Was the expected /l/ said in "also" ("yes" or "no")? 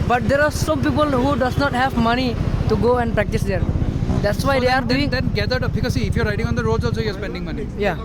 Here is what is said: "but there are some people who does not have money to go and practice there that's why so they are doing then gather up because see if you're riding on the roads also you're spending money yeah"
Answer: no